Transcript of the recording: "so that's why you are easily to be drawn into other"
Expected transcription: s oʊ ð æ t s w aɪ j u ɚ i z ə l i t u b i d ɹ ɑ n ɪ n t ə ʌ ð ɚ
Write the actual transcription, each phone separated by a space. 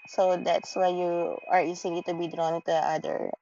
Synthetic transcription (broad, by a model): s oʊ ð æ t s w aɪ j u ɚ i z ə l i t u b i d ɹ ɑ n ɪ t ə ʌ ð ɚ